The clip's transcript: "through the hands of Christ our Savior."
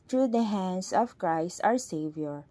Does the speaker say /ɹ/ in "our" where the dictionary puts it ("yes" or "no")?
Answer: yes